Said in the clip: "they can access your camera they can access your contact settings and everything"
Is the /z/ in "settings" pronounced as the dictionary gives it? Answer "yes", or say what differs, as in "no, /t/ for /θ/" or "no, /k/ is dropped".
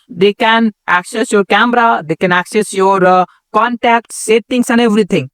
no, /s/ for /z/